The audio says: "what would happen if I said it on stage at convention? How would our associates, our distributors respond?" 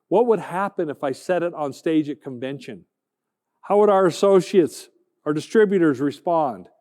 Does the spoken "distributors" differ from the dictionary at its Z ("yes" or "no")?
no